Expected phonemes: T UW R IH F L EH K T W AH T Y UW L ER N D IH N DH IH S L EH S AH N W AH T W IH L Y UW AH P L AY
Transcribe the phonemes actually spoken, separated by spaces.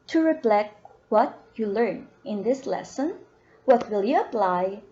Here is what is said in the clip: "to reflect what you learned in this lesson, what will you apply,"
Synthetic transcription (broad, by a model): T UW R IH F L EH K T W AH T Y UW L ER N IH N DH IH S L EH S AH N W AH T W IH L Y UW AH P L AY